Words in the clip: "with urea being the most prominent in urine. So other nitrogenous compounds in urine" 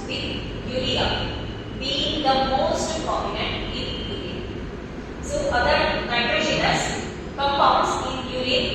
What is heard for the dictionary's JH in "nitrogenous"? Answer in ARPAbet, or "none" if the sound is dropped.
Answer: SH